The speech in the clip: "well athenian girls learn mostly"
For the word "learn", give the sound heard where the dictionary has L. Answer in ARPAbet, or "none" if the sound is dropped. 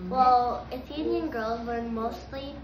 W